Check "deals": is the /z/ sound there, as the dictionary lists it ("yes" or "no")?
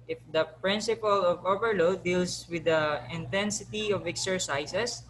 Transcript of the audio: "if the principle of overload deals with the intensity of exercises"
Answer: no